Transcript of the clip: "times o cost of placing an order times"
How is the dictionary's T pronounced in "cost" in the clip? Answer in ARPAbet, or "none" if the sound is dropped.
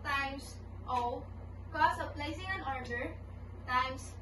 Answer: none